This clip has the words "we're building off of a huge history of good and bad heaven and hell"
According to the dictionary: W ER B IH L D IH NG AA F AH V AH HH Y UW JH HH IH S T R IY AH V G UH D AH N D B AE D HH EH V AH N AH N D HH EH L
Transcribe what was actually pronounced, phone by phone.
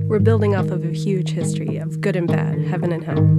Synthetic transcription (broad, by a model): W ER B IH L D IH NG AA P AH V AH HH Y UW JH HH IH S T R IY AH V G UH D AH N B AE D HH EH V AH N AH N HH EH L